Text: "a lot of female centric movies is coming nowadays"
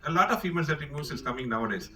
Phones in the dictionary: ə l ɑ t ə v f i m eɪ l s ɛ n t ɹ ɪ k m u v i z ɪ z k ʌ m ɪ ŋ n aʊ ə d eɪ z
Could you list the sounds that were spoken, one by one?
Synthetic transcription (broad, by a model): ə l ɑ t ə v f i m eɪ l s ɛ t ɪ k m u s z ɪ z k ʌ m ɪ ŋ n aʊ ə d eɪ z